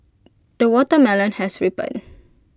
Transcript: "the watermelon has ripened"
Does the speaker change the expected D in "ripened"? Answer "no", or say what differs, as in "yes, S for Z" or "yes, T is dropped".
yes, D is dropped